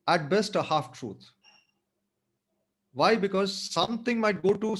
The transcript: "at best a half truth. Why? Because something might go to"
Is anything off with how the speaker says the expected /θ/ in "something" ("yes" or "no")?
yes